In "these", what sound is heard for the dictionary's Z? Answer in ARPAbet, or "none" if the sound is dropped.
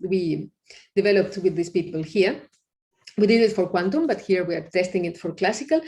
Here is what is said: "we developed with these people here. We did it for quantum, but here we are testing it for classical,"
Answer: S